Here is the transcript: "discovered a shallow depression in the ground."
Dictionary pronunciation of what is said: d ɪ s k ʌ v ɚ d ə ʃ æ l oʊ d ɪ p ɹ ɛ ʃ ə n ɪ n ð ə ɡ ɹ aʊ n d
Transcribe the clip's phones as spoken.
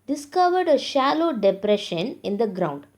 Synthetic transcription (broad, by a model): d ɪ s k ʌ v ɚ d ə ʃ æ l oʊ d ɪ p ɹ ɛ ʃ ə n ɪ n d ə ɡ ɹ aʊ n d